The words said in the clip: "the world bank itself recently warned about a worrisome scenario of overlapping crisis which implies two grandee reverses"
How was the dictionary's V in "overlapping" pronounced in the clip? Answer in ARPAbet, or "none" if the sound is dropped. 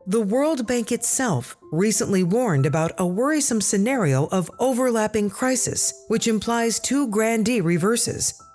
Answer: V